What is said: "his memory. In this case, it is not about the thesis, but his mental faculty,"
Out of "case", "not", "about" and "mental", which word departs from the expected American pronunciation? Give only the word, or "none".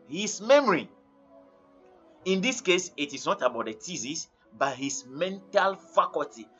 none